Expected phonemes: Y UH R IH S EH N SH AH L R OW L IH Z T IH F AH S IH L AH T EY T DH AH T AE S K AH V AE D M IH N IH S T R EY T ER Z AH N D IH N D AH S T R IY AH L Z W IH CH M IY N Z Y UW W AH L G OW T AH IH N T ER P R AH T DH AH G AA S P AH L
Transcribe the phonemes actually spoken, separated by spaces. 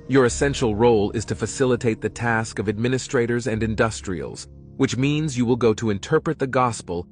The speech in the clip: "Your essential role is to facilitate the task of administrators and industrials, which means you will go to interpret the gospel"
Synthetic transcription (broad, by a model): Y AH R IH S EH N SH L R OW L IH Z T IH F AH S IH L AH T EY T DH AH T AE S K AH V AE D M IH N IH S T R EY T ER Z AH N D IH N D AH S T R IY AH L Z W IH CH M IY N Z Y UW W AH L G OW T AH IH N T ER P R AH T DH AH G AA S P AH L